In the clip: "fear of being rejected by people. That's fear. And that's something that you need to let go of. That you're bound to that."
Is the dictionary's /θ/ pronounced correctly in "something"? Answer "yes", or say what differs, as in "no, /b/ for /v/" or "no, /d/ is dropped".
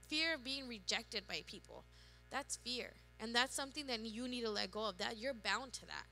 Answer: yes